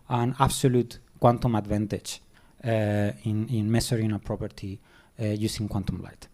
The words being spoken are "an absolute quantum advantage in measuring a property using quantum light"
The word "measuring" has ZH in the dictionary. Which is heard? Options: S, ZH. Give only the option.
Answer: S